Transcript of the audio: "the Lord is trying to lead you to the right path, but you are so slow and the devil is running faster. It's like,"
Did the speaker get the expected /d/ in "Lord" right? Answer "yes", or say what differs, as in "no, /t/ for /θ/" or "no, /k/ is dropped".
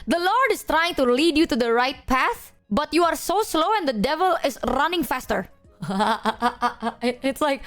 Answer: yes